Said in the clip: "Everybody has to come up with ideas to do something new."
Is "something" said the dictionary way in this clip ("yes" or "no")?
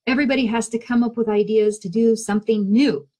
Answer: yes